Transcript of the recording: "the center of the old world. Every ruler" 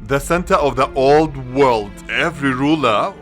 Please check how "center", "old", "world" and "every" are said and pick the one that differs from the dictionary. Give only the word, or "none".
none